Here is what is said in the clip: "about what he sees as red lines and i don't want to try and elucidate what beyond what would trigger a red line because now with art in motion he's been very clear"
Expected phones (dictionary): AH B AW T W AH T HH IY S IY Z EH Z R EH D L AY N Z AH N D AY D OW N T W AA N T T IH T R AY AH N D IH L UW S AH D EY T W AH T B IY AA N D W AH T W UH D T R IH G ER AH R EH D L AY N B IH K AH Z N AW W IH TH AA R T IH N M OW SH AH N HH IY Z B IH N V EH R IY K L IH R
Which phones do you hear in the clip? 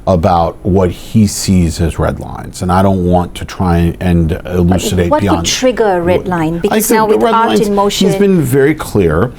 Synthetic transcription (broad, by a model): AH B AW T W AH T HH IY S IY Z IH Z R EH D L AY N Z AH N AY D OW N T W AA N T T IH T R AY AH N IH L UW S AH D EY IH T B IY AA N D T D T R IH G ER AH R EH D L AY N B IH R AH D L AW AA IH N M OW AH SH HH IY Z B IH N V EH R IY K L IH R